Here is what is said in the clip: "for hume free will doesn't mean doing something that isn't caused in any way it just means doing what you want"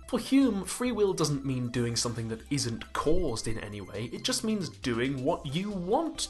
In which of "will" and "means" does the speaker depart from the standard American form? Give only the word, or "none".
none